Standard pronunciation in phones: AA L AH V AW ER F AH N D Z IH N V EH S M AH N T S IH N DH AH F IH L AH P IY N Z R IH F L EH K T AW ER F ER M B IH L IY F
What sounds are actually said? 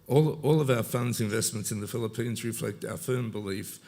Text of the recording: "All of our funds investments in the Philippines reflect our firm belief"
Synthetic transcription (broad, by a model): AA L AH V AW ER F AH N D Z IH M V EH S M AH N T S IH N DH AH F IH L AH P IY N Z R IH F L EH K T AW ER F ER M B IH L IY F